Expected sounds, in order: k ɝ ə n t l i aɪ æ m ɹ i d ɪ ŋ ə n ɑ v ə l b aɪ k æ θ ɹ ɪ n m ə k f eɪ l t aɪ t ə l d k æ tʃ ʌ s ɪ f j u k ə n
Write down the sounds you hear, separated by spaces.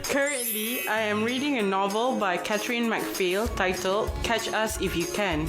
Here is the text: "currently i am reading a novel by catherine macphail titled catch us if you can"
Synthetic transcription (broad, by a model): k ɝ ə n t l i aɪ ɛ m ɹ i d ɪ ŋ ə n ɑ v ə l b aɪ k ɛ t ɹ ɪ n m ə k f eɪ l t aɪ t ə l k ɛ tʃ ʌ s ɪ f j u k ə n